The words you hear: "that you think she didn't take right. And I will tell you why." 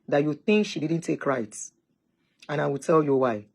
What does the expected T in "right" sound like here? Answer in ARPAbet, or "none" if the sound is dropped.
T